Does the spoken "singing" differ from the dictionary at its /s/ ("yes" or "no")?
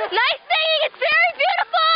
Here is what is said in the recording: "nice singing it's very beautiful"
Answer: yes